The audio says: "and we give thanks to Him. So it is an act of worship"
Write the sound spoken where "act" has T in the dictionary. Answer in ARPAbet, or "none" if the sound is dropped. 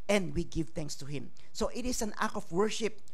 none